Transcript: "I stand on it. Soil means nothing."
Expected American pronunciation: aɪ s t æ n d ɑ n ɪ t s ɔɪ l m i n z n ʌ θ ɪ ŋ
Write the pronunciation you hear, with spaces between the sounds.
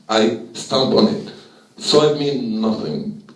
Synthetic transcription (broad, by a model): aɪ s t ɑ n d ɑ n ɪ t s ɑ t m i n n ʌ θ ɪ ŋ